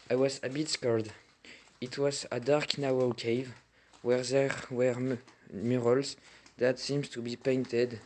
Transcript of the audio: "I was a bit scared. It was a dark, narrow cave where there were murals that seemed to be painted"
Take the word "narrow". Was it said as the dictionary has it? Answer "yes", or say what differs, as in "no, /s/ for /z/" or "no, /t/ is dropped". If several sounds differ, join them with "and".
no, /w/ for /ɹ/